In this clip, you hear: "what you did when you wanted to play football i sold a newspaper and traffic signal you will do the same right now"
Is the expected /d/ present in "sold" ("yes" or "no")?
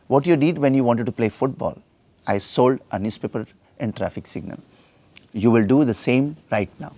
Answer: yes